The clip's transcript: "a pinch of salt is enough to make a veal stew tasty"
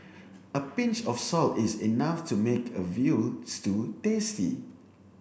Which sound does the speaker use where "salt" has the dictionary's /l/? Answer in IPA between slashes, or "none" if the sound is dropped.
/l/